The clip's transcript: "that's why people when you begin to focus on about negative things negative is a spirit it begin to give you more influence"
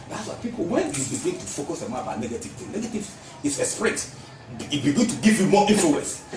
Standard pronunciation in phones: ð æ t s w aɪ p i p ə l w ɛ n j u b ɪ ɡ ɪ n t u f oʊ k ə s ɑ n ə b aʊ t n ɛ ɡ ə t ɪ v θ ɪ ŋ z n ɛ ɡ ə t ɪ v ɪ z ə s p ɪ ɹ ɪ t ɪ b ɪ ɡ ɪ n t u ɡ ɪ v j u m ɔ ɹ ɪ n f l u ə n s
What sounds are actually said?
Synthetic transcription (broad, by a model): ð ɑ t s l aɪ p i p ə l w ɛ n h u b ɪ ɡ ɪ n t u f oʊ k ə s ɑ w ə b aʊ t n ɛ ɡ ə t ɪ v t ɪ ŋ n ɛ ɡ ə t ɪ v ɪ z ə s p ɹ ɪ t ɪ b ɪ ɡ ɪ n t u ɡ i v j u m ɔ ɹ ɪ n f l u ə n s